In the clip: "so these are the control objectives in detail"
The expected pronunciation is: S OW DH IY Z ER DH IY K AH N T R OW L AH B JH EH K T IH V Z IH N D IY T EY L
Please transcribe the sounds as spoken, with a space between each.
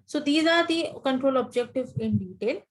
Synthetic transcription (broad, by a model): S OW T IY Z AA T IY K AH N T R OW L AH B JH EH K T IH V IH N D IY T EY L